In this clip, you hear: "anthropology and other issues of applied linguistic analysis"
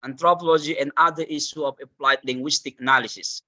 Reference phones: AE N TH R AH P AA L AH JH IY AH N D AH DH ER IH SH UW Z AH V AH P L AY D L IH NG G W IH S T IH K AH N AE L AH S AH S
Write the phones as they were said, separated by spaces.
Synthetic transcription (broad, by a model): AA N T R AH P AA L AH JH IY AH N D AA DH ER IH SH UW AH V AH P L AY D L IH NG G W IH S T IH K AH N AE L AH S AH S